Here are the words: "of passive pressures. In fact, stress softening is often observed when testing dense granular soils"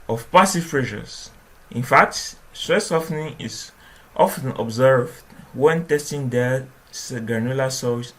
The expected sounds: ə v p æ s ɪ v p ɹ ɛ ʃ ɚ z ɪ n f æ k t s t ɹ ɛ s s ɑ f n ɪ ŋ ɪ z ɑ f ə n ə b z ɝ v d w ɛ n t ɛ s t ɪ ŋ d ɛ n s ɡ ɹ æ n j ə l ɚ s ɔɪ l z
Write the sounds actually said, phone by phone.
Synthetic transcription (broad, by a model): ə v p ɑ s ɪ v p ɹ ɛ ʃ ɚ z ɪ n f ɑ k t s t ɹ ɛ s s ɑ f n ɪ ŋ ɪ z ɑ f ə n ə b z ɝ v d w ɛ n t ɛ s t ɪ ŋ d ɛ s ɡ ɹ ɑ n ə l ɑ s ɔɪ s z